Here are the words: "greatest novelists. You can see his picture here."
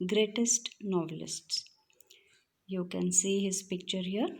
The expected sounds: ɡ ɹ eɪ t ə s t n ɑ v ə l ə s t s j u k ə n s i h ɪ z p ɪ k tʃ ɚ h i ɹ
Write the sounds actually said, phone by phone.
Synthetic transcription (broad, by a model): ɡ ɹ eɪ t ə s t n ɑ v ə l ə s t s j u k ə n s i h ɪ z p ɪ k tʃ ɚ h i ɹ